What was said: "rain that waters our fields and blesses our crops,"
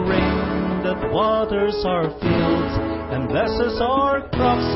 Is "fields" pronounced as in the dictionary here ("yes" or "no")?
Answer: yes